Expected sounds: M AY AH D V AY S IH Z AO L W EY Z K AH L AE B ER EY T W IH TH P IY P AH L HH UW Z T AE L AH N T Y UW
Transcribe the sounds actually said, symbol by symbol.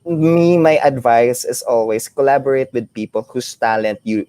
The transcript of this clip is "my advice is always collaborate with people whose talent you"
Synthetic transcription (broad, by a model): M AY AH D V AY S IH S AO L W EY S K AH L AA B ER EY T W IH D P IY P AH L HH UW S T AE L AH N T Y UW